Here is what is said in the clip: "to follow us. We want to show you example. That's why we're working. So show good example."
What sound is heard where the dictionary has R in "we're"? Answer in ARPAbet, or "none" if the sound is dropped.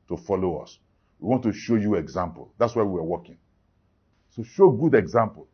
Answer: W